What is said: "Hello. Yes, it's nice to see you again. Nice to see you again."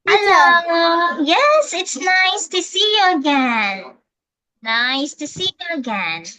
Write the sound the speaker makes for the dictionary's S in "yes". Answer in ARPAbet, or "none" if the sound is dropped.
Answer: S